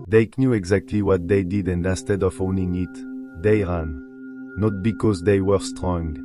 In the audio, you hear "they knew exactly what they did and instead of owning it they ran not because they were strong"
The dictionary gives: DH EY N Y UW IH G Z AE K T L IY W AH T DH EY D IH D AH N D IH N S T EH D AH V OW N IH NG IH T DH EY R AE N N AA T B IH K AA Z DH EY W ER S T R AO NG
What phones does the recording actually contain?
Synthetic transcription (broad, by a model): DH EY N Y UW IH G Z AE K T L IY W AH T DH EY D IH D AH N D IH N S T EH D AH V OW N IH NG IH T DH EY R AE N N AA T B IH K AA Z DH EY W ER S T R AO NG